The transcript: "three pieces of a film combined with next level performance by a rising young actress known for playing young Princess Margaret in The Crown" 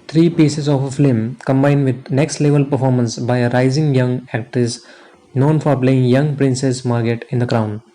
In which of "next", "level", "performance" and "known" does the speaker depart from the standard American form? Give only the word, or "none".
none